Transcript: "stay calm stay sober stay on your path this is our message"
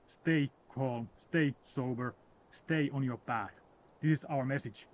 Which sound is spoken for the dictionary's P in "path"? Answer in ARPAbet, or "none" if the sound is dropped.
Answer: B